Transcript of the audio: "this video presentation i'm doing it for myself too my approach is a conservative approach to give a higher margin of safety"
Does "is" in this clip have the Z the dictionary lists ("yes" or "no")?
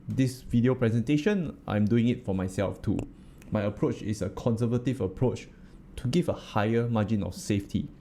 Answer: no